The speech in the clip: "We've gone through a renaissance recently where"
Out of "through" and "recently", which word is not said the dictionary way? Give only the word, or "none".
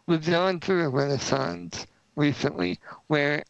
none